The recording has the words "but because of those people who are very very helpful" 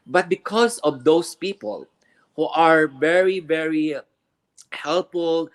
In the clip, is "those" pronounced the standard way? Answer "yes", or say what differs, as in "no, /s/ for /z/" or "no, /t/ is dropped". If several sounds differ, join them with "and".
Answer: no, /s/ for /z/